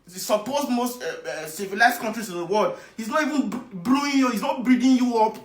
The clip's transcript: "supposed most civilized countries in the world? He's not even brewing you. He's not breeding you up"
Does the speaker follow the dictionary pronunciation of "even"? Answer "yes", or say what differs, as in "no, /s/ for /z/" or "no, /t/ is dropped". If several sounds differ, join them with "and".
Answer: yes